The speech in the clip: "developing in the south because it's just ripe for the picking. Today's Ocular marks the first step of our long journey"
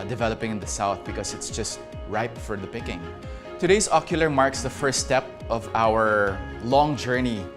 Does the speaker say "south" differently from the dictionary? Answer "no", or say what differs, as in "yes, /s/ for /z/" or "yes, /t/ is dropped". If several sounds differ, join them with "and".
no